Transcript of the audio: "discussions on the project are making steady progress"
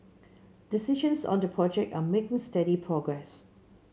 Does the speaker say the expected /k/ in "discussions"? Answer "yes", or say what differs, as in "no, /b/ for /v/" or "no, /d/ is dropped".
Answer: no, /k/ is dropped